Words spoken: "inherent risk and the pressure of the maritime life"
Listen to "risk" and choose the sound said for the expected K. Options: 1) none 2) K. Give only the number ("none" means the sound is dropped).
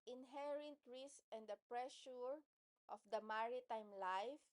1